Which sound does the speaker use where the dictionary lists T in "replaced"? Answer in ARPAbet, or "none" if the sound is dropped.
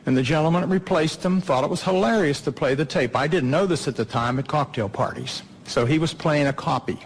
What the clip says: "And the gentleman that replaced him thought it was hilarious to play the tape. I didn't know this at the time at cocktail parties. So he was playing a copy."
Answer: T